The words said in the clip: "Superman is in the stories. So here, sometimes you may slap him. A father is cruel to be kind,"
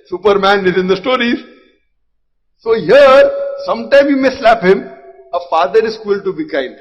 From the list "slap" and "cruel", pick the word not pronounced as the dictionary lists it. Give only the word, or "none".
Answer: cruel